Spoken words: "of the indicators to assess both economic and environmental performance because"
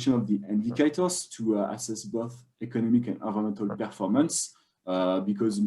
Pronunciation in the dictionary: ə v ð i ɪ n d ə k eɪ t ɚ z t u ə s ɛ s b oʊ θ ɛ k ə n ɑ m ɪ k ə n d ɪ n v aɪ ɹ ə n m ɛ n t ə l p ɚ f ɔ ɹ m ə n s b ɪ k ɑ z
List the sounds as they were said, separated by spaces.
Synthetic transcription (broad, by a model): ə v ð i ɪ n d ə k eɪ t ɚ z t u ə s ɛ s b oʊ θ ɛ k ə n ɑ m ɪ k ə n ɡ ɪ v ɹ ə m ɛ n t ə l p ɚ f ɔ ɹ m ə n s b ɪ k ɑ z